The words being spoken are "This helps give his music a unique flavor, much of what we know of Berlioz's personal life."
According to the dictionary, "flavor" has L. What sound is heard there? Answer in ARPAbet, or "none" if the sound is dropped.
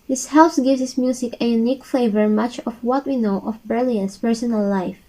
none